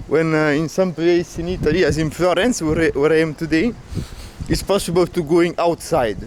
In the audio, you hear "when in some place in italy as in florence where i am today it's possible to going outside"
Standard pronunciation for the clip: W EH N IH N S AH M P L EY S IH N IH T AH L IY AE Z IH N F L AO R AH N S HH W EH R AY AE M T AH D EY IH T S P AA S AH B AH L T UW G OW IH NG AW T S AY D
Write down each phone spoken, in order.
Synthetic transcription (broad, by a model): W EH N IH N S AH M P L EY S IH N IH T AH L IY AE Z IH N F L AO R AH N S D W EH R AY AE M T AH D EY IH T S P AA S AH B AH L T UW G OW IH NG AW T S AY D